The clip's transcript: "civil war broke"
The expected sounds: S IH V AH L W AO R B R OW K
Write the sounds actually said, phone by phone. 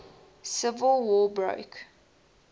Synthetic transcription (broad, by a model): S IH V AH L W AO B R OW K